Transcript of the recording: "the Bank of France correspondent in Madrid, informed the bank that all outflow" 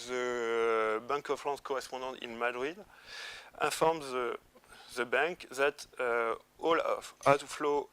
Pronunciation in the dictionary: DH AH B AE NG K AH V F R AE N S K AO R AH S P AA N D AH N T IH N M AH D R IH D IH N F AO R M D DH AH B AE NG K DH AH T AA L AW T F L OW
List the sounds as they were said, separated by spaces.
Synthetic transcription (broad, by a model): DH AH B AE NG K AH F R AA S K AO R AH S P AA D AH T IH N M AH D R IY D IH F AO R M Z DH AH B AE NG K DH AH T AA L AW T F L OW